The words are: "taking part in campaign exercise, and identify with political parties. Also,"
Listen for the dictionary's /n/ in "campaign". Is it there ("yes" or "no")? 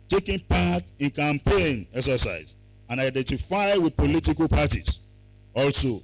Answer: yes